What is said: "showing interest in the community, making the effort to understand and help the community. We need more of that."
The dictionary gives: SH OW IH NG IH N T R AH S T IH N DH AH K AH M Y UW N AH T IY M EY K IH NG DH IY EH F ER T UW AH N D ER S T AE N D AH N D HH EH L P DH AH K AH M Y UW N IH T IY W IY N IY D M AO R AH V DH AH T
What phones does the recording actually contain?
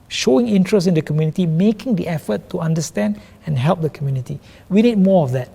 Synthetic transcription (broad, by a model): SH OW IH NG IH N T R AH S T IH N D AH K AH M Y UW N AH T IY M EY K IH NG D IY EH F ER T UW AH N D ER S T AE N D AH N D HH EH L P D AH K AH M Y UW N IH T IY W IY N IY D M AO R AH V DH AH T